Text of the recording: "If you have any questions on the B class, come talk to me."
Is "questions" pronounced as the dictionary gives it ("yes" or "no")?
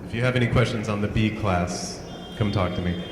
yes